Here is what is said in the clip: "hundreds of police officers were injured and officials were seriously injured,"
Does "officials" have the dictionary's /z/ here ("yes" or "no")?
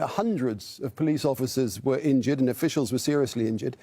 yes